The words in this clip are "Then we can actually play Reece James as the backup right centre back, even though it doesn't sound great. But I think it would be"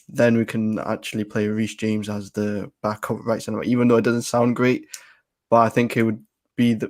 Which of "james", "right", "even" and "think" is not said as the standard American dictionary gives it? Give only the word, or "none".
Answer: none